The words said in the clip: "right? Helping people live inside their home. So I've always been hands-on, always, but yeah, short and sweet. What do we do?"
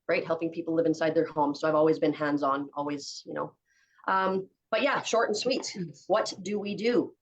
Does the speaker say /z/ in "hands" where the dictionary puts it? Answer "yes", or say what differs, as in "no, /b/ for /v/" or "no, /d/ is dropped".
yes